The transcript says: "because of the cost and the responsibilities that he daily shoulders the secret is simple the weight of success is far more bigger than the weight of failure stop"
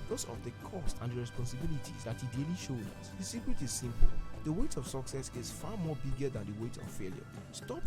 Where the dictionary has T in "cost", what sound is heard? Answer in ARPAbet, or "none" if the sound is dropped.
T